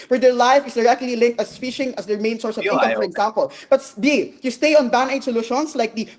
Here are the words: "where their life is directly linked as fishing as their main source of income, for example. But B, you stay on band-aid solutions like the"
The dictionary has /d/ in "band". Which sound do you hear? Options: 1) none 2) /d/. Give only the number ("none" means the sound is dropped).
1